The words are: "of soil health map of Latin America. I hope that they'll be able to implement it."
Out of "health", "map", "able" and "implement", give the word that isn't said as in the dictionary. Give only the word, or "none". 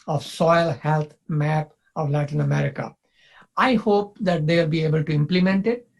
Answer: health